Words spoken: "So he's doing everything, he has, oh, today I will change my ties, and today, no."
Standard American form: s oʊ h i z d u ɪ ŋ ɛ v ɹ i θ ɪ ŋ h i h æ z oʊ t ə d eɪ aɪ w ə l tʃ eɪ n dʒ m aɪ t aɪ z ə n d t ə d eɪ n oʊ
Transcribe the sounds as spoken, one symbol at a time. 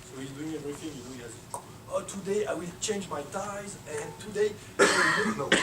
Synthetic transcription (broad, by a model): s oʊ h i z d u ɪ ŋ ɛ v ɹ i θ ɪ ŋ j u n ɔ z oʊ t ə d eɪ aɪ w ə l tʃ eɪ n dʒ m aɪ t aɪ z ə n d t ə d eɪ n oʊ